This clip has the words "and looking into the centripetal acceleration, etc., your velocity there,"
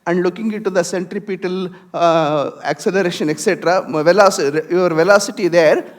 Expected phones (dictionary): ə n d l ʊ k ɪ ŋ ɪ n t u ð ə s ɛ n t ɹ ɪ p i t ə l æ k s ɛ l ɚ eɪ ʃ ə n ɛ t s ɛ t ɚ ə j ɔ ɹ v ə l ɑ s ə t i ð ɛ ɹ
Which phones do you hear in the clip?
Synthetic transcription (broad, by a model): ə n d l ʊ k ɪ ŋ ɪ n t u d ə s ɛ n t ɹ ɪ p i t ə l æ k s ɛ l ɚ eɪ ʃ ə n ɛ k s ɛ t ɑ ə j ɔ ɹ v ə l ɑ s ə t i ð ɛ ɹ